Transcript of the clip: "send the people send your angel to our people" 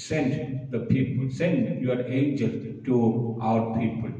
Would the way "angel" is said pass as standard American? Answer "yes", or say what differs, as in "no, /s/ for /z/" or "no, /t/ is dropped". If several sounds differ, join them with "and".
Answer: yes